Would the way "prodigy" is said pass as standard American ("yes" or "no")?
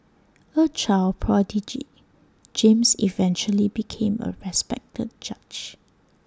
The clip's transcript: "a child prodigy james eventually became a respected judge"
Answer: yes